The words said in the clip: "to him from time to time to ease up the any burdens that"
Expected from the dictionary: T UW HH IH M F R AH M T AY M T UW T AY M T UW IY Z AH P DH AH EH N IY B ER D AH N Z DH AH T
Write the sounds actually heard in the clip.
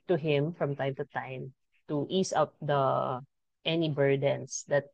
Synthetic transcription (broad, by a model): T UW HH IH M F R AH M T AY M T UW T AY M T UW IY S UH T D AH EH N IY B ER D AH N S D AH T